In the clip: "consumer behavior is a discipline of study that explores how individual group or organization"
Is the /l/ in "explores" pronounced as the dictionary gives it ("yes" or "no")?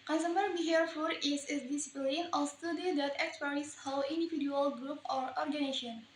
no